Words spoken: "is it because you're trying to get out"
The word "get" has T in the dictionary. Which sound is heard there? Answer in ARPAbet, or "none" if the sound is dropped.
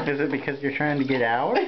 T